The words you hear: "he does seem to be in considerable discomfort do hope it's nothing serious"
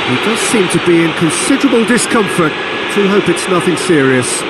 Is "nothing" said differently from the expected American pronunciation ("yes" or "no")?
no